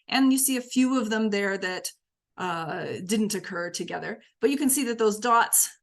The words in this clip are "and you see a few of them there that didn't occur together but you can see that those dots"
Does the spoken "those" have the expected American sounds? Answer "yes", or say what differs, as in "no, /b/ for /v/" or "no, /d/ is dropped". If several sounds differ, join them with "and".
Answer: yes